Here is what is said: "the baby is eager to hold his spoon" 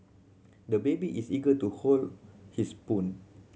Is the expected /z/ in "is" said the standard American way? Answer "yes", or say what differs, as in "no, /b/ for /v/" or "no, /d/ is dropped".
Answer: no, /s/ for /z/